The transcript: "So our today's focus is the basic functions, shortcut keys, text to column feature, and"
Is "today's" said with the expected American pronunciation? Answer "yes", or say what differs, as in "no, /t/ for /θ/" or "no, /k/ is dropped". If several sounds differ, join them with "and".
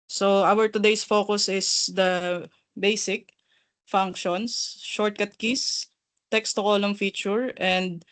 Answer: no, /s/ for /z/